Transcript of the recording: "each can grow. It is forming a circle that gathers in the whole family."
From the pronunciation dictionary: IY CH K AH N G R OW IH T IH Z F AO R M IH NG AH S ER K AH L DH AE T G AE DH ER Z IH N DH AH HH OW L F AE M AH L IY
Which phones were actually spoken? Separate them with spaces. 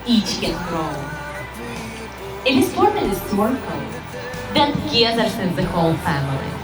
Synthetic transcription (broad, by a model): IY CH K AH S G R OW IH T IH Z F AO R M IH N AH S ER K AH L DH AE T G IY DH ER S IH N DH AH HH OW L F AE M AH L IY